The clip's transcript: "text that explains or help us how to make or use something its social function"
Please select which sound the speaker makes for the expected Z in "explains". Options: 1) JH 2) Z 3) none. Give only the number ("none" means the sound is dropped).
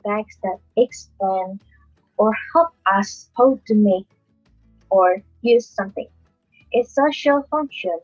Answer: 3